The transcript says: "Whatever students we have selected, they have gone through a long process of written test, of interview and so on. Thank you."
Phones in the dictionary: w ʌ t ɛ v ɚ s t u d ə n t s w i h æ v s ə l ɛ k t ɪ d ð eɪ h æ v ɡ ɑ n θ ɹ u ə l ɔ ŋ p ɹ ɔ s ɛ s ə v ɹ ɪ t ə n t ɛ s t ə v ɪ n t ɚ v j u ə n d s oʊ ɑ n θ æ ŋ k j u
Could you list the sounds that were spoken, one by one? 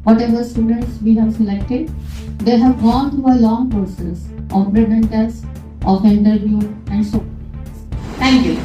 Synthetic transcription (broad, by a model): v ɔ t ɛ v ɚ s t u d ə n t s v i h æ v s ə l ɛ k t ɪ d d eɪ h æ v ɡ ɑ n t ɹ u ə l ɔ ŋ p ɹ ɔ s ɛ s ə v ɹ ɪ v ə n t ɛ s t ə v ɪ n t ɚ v j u ə n d s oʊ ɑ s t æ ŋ k j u